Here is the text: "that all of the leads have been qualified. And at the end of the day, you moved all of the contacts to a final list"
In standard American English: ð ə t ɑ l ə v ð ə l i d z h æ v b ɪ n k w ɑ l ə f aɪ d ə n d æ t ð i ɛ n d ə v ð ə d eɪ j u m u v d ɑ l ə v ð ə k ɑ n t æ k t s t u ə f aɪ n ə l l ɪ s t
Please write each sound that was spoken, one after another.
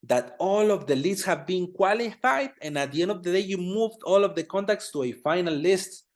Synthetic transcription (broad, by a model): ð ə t ɑ l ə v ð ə l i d s h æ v b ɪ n k w ɑ l ə f aɪ d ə n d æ t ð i ɛ n d ə v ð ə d eɪ j u m u v d ɑ l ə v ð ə k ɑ n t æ k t s t u ə f aɪ n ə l l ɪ s t